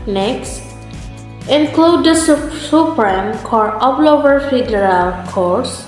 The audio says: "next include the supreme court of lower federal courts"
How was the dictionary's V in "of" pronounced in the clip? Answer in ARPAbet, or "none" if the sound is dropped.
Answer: P